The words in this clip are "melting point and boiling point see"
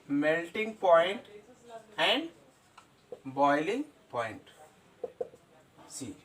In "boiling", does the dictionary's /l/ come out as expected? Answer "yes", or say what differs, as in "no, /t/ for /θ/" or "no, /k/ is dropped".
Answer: yes